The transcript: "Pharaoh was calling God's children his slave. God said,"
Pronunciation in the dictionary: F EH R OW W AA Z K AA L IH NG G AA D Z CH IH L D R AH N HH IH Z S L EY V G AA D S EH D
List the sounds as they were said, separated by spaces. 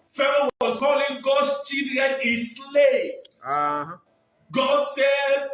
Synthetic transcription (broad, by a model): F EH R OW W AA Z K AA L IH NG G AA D S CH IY D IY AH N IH S L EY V G AA D S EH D